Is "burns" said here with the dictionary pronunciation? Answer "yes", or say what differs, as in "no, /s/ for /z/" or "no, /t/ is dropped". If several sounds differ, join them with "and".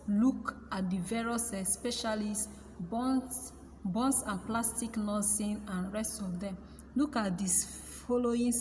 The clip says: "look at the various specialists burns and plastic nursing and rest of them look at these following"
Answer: no, /s/ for /z/